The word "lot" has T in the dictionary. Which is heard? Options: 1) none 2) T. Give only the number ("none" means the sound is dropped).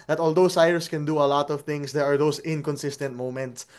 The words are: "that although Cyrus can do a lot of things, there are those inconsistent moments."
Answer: 2